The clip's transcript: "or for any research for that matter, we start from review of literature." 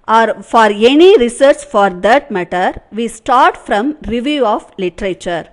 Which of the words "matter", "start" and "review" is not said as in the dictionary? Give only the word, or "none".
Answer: none